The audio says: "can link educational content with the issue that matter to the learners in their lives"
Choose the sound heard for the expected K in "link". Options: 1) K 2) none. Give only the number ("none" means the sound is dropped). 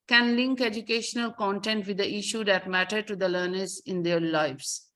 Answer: 1